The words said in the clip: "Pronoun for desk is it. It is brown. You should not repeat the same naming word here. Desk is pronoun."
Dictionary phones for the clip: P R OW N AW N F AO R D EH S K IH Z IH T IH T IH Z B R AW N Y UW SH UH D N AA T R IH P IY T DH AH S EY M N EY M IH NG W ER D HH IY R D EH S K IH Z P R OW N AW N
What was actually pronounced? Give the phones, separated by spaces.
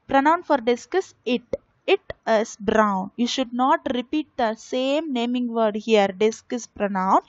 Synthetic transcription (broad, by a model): P R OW N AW N F AO R D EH S K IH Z IH T IH T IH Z B R AW N Y UW SH UH D N AA T R IH P IY T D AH S EY M N EY M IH NG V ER D HH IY R D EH S K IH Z P R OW N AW N